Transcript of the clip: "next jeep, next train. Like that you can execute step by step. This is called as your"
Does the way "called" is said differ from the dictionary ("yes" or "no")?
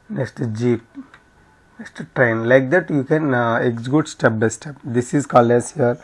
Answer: yes